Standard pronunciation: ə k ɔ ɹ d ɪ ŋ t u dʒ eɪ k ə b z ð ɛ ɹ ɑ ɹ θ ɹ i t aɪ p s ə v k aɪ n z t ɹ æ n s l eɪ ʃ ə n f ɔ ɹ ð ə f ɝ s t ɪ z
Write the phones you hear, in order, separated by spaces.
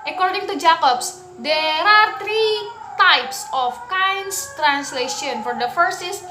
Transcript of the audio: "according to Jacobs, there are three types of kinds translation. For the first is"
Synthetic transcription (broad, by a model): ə k ɔ ɹ d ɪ ŋ t u dʒ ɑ k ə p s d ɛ ɹ ɑ ɹ t ɹ i t aɪ p s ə f k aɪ n s t ɹ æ n s l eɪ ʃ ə n f ɔ ɹ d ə f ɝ s ɪ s